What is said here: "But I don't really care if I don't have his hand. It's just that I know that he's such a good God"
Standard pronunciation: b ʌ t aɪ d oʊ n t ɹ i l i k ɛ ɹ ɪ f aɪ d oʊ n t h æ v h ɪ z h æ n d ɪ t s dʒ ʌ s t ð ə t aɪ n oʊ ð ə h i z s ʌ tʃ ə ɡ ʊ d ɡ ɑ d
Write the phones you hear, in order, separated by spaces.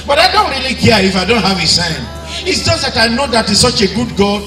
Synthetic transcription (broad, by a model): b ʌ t aɪ d oʊ n t ɹ i l i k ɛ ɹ ɪ f aɪ d oʊ n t h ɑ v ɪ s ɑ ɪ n ɪ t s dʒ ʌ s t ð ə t aɪ n oʊ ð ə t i s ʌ tʃ ə ɡ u d ɡ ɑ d